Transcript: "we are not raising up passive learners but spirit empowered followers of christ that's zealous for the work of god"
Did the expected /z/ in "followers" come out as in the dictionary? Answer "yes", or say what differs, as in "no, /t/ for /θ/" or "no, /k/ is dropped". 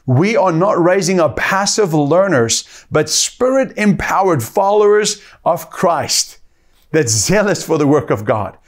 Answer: yes